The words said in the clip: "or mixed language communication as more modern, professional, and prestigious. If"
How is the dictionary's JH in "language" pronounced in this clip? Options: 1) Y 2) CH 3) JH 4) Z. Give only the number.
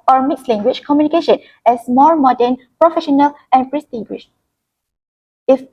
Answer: 2